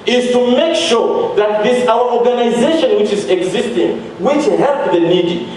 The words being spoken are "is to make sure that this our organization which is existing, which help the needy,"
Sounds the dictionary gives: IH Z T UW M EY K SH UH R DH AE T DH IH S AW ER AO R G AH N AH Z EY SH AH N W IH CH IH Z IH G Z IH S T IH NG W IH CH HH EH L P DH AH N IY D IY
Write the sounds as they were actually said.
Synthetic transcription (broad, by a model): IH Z T UW M EY K SH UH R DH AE T DH IH S AW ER AO R G AH N AH Z EY SH AH N W IH CH IH Z IH G Z IH S T IH NG W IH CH HH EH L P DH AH N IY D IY